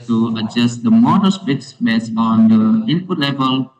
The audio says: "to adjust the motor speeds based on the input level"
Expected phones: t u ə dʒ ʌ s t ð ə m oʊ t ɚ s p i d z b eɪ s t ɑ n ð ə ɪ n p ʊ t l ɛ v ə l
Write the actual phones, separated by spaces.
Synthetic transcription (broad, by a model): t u ə dʒ ʌ s t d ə m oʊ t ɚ s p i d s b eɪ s ɑ n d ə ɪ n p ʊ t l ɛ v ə l